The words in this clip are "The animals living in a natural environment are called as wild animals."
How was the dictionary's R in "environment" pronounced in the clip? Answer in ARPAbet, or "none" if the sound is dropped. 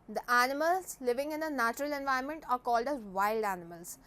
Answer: none